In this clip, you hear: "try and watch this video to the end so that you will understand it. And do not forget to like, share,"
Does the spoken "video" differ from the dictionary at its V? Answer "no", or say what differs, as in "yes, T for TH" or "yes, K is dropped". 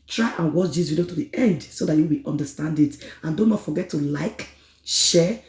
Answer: yes, W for V